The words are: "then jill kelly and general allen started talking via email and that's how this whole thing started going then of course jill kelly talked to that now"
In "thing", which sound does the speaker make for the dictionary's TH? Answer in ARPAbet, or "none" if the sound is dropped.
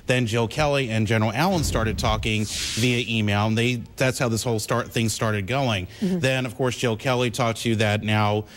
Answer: TH